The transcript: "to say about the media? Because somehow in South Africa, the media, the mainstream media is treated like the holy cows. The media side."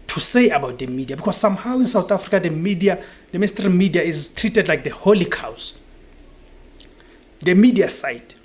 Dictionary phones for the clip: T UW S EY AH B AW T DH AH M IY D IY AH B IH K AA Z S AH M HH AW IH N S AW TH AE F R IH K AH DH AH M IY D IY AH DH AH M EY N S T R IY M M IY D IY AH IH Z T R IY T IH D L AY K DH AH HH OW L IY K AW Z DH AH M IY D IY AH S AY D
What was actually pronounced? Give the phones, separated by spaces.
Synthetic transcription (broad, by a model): T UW S EY AH B AW T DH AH M IY D IY AH B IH K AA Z S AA M HH AW IH N S AW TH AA F R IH K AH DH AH M IY D IY AH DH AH M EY S T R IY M M IY D IY AH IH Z T R IY T IH D L AY K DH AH HH OW L IY K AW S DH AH M IY D IY AH S AY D